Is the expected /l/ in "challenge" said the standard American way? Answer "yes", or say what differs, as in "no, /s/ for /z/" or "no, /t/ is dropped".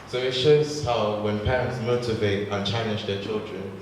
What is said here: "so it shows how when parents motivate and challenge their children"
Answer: no, /l/ is dropped